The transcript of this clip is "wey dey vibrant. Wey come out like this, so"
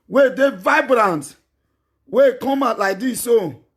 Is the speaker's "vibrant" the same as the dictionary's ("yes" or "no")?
yes